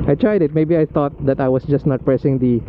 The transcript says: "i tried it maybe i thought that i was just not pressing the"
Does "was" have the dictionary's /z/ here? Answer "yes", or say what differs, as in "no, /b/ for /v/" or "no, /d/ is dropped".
no, /s/ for /z/